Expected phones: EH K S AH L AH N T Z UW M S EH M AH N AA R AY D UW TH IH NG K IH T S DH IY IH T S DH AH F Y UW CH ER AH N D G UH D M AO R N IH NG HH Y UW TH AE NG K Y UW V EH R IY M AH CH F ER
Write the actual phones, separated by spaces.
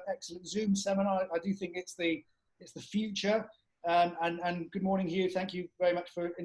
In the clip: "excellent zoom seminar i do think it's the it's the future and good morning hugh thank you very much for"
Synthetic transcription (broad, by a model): EH K S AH L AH N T Z UW M S EH M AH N AA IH AY D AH TH IH NG K IH T S DH IY IH T S DH AH F Y UW CH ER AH N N G UH D M AO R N IH NG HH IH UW TH AE NG K Y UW V EH R IY M AH CH F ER